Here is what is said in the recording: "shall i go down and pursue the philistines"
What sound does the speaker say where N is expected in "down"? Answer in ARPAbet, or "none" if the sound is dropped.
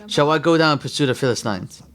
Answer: none